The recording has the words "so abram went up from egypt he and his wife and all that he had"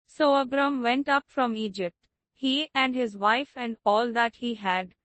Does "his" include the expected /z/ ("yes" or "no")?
yes